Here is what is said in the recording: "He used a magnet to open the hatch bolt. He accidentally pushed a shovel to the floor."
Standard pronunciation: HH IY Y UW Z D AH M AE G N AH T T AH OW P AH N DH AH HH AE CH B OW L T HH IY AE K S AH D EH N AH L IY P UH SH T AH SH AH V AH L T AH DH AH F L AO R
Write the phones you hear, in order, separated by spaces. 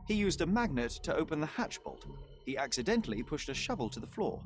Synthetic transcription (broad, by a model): HH IY Y UW Z D AH M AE G N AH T T AH OW P AH N DH AH HH AE CH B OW L T HH IY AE K S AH D EH N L IY P UH SH T AH SH AH V AH L T AH DH AH F L AO R